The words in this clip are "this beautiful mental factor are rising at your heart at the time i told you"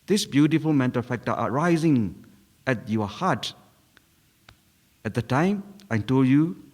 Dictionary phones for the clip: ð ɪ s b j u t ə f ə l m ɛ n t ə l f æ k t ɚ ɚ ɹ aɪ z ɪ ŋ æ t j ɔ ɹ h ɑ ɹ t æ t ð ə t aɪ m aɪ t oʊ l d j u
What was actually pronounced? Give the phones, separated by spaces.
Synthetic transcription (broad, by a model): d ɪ s b j u t ə f ə l m ɛ n t ə l f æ k t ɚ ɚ ɹ aɪ z ɪ ŋ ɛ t j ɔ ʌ h ɑ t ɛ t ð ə t aɪ m aɪ t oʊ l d j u